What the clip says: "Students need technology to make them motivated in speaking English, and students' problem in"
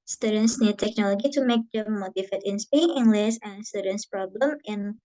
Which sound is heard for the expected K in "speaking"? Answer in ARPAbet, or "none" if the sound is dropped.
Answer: none